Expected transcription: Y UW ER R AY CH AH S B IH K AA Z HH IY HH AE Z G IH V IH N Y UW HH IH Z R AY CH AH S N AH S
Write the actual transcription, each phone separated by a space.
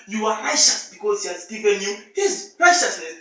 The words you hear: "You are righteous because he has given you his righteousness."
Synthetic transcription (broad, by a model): Y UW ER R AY SH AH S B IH K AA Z HH IY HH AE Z G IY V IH N Y UW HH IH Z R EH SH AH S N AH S